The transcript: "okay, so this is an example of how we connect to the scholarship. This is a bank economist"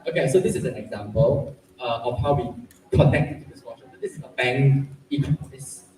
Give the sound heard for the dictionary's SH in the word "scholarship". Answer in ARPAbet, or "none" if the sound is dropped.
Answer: S